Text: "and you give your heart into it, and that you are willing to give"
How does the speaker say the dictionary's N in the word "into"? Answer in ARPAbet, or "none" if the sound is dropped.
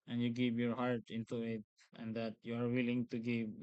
N